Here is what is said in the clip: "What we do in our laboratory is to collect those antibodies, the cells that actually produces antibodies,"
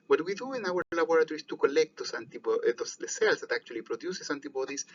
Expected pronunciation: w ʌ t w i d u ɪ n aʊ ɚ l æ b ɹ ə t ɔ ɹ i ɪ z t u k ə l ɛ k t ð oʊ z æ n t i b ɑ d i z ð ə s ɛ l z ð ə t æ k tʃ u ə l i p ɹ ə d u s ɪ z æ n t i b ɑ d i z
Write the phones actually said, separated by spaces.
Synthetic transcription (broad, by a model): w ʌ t w i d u ɪ n aʊ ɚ l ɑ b ɹ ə t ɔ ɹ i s t u k ə l ɛ k t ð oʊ s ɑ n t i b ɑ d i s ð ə s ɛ l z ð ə t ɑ k tʃ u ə l i p ɹ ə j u s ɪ s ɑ n t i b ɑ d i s